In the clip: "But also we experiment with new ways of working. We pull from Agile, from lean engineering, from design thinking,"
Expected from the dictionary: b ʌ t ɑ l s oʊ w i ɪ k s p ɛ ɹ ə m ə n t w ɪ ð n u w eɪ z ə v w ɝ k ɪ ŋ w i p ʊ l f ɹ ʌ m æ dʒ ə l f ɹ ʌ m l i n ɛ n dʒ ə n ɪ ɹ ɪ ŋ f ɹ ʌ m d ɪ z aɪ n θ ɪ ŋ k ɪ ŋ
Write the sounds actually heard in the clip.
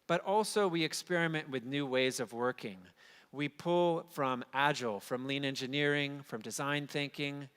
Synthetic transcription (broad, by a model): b ʌ t ɑ l s oʊ w i ɪ k s p ɛ ɹ ə m ə n t w ɪ ð n u w eɪ z ə v w ɝ k ɪ ŋ w i p ʊ l f ɹ ʌ m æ dʒ l f ɹ ʌ m l i n ɛ n dʒ ə n ɪ ɹ ɪ ŋ f ɹ ʌ m d ɪ z aɪ n θ ɪ ŋ k ɪ ŋ